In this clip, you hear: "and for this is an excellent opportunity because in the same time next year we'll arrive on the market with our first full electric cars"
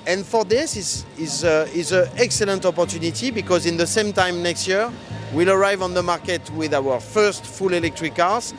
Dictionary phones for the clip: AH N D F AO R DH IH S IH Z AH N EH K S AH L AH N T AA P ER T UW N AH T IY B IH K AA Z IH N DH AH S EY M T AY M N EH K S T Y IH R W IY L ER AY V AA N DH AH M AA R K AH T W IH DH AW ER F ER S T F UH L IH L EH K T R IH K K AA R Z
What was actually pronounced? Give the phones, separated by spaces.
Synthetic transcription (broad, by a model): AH N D F AO R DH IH S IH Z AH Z EH K S AH L AH N T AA P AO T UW N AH T IY B IH K AA Z IH N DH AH S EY M T AY M N EH K S T Y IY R W IY L ER AY V AA N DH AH M AA R K AH T W IH DH AW ER F ER S T F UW L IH L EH K T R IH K K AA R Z